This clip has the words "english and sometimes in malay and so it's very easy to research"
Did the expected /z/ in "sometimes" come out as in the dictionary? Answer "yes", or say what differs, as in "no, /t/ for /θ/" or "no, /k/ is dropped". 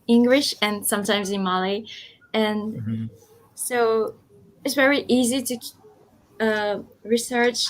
yes